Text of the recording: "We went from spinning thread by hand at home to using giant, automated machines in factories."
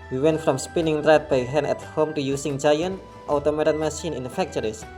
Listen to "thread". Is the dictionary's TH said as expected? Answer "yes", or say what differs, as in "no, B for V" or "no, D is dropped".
no, T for TH